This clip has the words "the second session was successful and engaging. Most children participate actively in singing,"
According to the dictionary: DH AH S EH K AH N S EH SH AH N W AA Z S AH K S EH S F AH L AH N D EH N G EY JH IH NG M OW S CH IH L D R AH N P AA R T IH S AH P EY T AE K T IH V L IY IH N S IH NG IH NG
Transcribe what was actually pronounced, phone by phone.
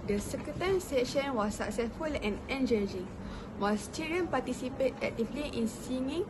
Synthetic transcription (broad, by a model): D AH S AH K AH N S EH SH AH N W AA S AH K S EH S F AH L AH N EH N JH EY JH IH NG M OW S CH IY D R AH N P AA T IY S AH P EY T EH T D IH P L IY IH N S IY NG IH NG